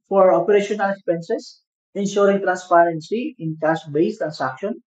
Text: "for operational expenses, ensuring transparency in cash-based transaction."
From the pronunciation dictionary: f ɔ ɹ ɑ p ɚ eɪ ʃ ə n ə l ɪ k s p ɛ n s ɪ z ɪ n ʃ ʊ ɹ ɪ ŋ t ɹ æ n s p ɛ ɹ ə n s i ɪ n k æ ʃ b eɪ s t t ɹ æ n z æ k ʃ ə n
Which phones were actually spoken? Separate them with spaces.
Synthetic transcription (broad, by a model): f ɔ ɹ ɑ p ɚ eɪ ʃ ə n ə l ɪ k s p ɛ n s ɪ s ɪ n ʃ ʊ ɹ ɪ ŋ t ɹ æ n s p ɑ ɹ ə n s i ɪ n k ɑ s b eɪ s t t ɹ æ n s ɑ k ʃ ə n